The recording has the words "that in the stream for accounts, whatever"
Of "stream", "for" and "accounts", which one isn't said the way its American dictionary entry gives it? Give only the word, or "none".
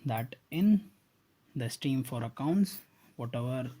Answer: stream